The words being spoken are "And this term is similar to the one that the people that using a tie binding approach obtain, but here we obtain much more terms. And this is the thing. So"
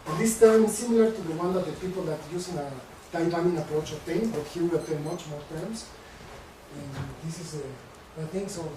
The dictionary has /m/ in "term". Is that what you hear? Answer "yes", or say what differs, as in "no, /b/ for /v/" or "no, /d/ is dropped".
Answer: no, /m/ is dropped